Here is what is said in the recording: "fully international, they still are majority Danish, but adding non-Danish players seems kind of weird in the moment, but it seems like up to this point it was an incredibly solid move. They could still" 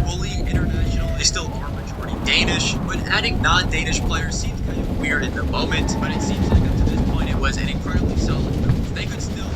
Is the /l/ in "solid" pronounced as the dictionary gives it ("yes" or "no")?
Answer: no